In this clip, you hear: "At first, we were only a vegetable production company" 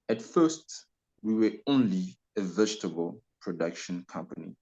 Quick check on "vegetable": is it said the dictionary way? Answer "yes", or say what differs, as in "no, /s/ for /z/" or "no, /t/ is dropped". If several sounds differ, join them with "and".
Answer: yes